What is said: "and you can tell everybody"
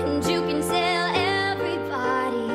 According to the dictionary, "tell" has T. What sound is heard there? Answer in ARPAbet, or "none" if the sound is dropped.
S